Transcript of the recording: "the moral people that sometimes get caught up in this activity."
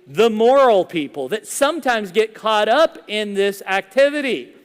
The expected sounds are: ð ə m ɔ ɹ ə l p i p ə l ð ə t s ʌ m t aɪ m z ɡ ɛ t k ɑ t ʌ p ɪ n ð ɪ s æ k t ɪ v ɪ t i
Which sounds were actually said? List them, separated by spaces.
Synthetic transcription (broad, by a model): ð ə m ɔ ɹ l p i p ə l ð ə t s ʌ m t aɪ m z ɡ ɛ t k ɑ t ʌ p ɪ n ð ɪ s æ k t ɪ v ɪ t i